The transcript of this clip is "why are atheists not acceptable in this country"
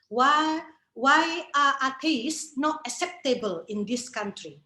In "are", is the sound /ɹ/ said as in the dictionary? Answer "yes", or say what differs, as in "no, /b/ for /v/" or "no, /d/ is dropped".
no, /w/ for /ɹ/